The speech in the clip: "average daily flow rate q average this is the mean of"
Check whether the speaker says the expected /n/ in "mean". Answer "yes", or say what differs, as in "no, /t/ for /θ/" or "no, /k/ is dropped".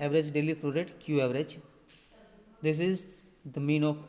yes